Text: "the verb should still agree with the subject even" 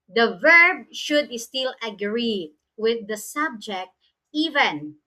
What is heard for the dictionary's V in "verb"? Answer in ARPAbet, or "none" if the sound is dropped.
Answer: V